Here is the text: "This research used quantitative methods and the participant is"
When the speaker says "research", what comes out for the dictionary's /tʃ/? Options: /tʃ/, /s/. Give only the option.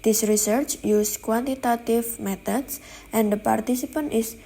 /tʃ/